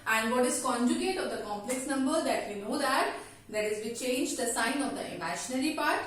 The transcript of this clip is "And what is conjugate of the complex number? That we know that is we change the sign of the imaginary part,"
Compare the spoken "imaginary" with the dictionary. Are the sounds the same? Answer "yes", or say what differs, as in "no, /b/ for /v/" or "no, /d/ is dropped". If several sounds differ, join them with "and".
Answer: no, /ʃ/ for /dʒ/